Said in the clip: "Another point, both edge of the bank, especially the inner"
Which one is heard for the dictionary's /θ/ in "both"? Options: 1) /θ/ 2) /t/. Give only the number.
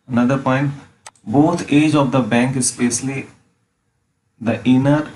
2